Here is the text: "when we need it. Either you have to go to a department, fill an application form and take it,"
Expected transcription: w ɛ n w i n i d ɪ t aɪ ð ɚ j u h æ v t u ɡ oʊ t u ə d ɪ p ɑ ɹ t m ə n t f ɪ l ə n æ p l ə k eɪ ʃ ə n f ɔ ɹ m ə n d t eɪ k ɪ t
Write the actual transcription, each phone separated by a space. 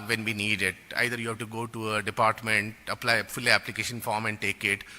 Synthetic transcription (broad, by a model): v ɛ n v i n i d ɪ t aɪ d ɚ j u h æ v t u ɡ oʊ t u ə d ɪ p ɑ ɹ t m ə n t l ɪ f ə l æ p l ə k eɪ ʃ ə n f ɔ ɹ m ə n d t eɪ k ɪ t